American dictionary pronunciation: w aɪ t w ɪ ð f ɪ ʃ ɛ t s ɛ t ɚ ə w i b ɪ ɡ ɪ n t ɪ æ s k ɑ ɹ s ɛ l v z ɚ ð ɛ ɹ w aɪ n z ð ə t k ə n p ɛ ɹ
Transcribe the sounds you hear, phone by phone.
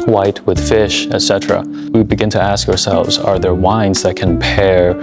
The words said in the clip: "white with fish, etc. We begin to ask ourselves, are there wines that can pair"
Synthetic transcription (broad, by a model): w aɪ t w ɪ ð f ɪ ʃ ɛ t s ɛ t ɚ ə w i b ɪ ɡ ɪ n t ɪ æ s k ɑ ɹ s ɛ l v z ɚ ð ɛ ɹ w aɪ n z ð ə t k ə n p ɛ ɹ